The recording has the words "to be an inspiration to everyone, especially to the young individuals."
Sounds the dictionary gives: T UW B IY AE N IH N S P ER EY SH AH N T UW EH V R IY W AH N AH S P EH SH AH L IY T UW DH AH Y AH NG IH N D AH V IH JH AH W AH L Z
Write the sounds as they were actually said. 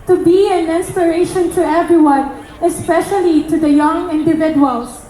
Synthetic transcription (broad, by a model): T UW B IY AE N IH N S P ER EY SH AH N T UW EH V R IY W AH N AH S P EH SH AH L IY T UW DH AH Y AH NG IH N D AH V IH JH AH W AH L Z